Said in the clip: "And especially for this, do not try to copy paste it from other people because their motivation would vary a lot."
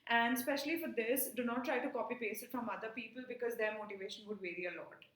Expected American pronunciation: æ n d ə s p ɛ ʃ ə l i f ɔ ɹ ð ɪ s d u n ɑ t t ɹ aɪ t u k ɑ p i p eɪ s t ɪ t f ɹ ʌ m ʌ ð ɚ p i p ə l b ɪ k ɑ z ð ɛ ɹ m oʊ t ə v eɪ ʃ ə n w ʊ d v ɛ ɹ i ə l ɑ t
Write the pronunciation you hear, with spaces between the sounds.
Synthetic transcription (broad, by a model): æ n d s p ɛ ʃ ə l i f ɔ ɹ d ɪ s d u n ɑ t t ɹ aɪ t u k ɑ p i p eɪ s ɪ t f ɹ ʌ m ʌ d ɚ p i p ə l b ɪ k ɑ z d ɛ ɹ m oʊ t ə v eɪ ʃ ə n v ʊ d v ɛ ɹ i ə l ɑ t